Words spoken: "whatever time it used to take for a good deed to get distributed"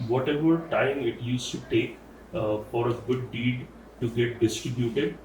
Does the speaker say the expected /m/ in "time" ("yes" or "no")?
yes